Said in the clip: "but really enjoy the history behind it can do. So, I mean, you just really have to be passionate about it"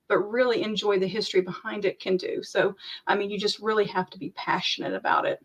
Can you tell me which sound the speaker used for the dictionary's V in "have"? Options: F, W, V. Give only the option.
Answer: F